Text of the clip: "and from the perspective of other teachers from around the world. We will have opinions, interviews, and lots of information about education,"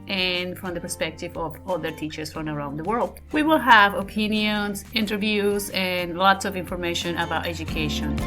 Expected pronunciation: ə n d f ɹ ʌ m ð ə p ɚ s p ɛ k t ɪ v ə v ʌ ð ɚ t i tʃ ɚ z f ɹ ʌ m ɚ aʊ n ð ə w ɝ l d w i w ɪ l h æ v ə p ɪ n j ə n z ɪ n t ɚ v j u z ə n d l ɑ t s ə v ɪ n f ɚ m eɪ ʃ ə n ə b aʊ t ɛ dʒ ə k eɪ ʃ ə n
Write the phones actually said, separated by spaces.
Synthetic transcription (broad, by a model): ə n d f ɹ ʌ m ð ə p ɚ s p ɛ k t ɪ v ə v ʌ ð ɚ t i tʃ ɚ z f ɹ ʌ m ɚ aʊ n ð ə w ɝ l d w i w ɪ l h æ v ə p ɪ n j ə n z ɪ n t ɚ v j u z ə n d l ɑ t s ə v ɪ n f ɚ m eɪ ʃ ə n ə b aʊ t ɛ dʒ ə k eɪ ʃ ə n